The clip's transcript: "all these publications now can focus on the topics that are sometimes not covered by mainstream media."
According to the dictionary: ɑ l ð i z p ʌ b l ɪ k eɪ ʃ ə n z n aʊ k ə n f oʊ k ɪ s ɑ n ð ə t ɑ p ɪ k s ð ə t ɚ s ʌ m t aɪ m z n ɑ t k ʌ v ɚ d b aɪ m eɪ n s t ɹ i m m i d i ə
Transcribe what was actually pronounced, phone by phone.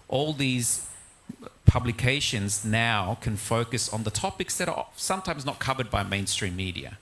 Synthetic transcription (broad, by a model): ɑ l ð i z p ʌ b l ɪ k eɪ ʃ ə n z n aʊ k ə n f oʊ k ɪ s n ð ə t ɑ p ɪ k s ð ə t ɚ s ʌ m t aɪ m z n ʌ t k ʌ v ɚ d b aɪ m eɪ n s t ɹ i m m i d i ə